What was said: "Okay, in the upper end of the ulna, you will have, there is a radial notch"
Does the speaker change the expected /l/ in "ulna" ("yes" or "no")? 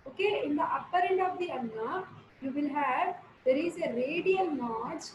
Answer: yes